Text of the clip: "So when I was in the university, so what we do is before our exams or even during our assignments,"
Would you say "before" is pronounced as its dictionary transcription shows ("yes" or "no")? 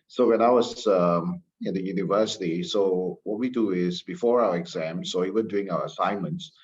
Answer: yes